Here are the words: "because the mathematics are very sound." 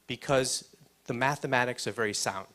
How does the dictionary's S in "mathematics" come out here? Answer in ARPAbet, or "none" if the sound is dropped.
S